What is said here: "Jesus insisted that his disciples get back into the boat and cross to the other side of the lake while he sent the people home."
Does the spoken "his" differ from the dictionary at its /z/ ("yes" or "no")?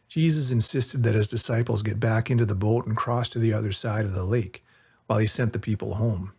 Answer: no